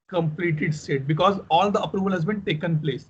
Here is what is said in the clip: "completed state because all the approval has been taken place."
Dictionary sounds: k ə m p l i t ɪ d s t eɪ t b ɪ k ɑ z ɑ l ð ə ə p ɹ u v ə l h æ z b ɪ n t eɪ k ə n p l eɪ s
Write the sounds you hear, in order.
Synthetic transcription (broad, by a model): k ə m p l i t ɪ d s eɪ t b ɪ k ɑ z ɑ l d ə ə p ɹ u v ə l h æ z b ɪ n t eɪ k ə n p l eɪ s